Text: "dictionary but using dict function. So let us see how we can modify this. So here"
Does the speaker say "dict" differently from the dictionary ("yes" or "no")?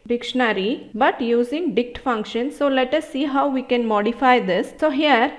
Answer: no